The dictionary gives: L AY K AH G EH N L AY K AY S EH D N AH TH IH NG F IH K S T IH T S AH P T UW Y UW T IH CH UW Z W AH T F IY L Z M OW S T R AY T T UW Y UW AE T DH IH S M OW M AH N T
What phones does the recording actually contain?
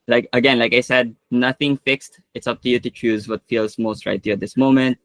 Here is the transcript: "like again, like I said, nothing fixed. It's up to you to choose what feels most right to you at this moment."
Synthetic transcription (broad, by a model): L AY K AH G EH N L AY K AY S EH D N AH TH IH NG F IH K S T IH T S AH P T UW Y UW T IH CH UW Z W AH T F IY L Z M OW S T R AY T T UW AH T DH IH S M OW M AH N T